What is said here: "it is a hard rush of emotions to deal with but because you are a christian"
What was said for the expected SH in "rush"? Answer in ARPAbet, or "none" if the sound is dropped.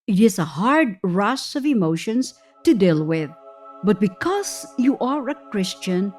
S